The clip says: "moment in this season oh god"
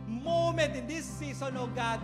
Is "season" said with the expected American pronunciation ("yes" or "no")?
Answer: no